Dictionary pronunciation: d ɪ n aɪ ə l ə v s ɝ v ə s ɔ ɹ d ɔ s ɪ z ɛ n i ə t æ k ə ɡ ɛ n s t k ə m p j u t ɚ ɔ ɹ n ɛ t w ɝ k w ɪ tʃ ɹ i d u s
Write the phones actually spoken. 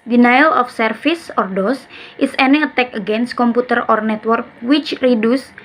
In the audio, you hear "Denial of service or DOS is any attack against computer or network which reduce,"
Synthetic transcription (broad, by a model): d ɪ n aɪ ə l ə f s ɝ f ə s ɔ ɹ d ɔ s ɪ s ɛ n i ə t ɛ k ə ɡ ɛ n s t k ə m p u t ɚ ɔ ɹ n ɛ t w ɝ k w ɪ tʃ ɹ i d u s